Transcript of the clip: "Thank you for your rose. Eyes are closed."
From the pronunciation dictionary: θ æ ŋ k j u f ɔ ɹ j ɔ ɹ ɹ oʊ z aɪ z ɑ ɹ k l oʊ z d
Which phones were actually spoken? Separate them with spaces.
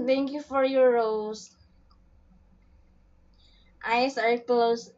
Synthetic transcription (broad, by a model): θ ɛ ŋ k j u f ɔ ɹ j ɔ ɹ ɹ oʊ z aɪ s ɑ ɹ k l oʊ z